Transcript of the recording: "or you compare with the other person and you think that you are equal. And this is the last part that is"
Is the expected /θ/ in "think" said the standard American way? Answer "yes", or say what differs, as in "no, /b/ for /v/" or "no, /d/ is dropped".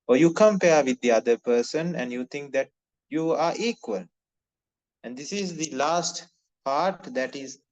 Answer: no, /t/ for /θ/